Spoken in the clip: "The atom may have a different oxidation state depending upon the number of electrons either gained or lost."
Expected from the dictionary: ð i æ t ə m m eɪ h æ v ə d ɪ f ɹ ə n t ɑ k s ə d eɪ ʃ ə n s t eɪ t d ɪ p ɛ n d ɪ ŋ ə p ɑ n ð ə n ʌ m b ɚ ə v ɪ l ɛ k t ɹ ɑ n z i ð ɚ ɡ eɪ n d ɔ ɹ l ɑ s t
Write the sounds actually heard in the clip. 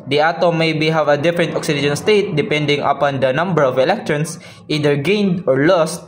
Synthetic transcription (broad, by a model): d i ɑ t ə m m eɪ h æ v ə d ɪ f ɹ ə n t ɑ k s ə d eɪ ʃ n s t eɪ t d ɪ p ɛ n d ɪ ŋ ə p ɑ n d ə n ʌ m b ɚ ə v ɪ l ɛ k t ɹ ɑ n s i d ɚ ɡ eɪ n d ɔ ɹ l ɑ s t